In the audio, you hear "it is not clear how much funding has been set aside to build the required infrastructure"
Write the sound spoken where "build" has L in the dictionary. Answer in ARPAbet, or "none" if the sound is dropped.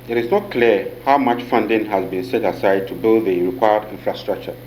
L